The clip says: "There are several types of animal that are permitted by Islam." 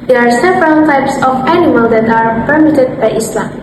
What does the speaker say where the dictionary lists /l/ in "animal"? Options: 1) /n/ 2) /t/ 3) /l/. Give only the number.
3